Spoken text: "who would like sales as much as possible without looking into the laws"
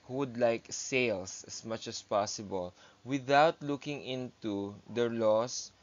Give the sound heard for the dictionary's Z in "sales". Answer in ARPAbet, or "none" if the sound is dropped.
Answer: S